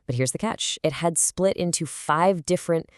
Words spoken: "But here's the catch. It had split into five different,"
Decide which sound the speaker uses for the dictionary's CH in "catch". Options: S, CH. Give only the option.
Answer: CH